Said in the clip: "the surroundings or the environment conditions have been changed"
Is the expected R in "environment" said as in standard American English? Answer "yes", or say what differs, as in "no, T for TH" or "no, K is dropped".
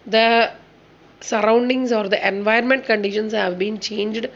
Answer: no, R is dropped